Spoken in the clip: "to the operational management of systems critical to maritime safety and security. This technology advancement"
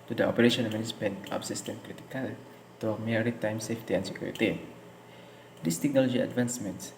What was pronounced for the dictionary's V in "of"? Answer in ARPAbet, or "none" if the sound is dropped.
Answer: P